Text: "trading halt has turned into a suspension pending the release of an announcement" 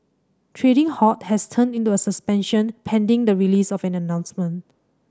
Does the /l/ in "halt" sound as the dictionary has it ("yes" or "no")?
no